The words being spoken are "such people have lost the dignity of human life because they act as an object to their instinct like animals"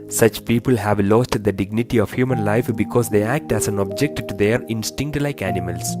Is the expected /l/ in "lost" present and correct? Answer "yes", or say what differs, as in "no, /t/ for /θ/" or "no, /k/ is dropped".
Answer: yes